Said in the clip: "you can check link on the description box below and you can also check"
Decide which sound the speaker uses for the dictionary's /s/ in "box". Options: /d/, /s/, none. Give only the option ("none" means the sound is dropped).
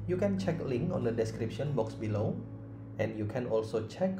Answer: /s/